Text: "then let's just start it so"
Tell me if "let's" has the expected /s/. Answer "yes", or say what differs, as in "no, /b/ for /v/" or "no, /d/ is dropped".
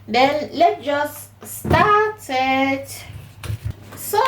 no, /s/ is dropped